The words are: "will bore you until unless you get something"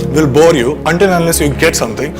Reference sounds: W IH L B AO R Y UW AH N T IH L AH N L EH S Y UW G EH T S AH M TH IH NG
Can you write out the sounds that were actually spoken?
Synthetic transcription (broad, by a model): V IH L B AO R Y UW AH N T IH N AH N L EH S Y UW G EH T S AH M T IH NG